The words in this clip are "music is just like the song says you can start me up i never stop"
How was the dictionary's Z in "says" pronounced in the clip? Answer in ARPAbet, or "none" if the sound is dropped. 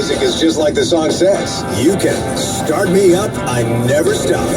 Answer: S